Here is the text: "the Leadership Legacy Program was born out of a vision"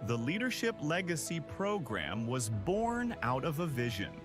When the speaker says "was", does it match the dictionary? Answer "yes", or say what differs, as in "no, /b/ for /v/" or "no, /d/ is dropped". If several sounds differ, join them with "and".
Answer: yes